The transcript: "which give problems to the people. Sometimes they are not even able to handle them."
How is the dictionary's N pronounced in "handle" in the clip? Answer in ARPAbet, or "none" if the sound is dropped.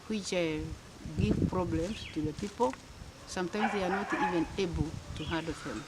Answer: none